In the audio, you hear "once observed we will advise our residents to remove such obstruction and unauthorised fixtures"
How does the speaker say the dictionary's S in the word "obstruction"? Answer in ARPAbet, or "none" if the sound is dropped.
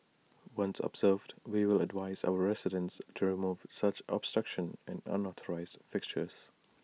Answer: S